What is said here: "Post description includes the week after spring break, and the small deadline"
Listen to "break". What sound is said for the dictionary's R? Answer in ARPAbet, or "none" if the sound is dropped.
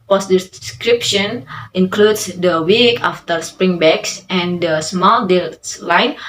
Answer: none